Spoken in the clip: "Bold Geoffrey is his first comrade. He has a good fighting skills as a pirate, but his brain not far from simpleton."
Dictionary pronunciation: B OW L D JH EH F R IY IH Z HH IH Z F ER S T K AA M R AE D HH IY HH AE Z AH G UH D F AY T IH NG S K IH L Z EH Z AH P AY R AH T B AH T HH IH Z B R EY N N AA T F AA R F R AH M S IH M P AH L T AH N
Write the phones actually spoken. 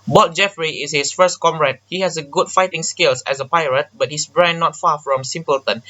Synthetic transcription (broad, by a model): B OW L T JH EH F R IY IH S HH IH S F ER S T K AA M R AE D HH IY HH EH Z AH G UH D F AY T IH NG S K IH L S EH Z AH P AY R AH T B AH T HH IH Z B R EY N N AA T F AA F R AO M S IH M P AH L T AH N